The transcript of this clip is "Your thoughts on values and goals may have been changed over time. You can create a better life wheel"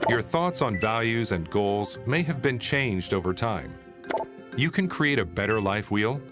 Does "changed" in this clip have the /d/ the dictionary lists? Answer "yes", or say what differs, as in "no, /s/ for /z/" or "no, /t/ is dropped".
yes